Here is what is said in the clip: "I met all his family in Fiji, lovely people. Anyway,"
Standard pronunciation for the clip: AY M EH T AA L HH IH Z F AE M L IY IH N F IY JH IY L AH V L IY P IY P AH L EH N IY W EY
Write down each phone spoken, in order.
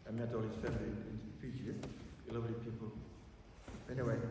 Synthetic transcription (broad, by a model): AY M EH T AA L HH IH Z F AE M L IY IH N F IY Z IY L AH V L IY P IY P AH L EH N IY W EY